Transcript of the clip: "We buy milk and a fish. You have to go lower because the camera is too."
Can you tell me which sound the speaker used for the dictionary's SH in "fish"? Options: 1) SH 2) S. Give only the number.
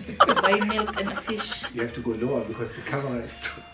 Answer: 1